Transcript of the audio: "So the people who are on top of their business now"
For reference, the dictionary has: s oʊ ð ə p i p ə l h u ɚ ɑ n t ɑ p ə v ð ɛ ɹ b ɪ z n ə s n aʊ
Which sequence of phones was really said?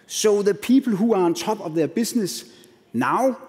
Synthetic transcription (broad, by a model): s oʊ ð ə p i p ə l h u ɑ n s ɑ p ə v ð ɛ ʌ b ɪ s n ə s n aʊ